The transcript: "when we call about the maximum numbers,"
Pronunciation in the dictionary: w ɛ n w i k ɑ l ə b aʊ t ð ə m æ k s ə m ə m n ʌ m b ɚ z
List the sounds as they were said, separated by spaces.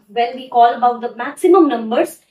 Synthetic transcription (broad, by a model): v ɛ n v i k ɑ l ə b aʊ t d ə m æ k s ə m ə m n ʌ m b ɚ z